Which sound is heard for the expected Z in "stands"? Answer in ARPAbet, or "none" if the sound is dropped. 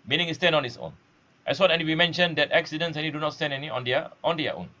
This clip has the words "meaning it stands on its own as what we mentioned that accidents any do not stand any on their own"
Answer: none